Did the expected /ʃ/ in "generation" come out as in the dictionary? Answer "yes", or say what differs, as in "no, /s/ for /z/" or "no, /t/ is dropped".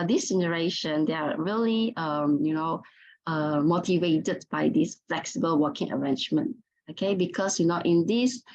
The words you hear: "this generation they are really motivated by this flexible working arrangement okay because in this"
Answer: yes